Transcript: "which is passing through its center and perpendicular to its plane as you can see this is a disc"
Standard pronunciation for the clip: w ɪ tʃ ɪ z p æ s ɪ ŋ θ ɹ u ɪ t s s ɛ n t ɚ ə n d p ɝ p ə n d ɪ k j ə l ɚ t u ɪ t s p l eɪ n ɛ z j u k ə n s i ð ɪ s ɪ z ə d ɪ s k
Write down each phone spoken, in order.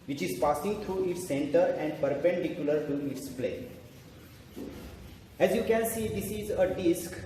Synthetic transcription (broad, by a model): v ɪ tʃ ɪ z p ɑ s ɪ ŋ t ɹ u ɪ t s s ɛ n t ɚ ə n d p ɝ p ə n d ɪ k j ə l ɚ t u ɪ t s p l eɪ ɛ z j u k ə n s i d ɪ s ɪ z ə d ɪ s k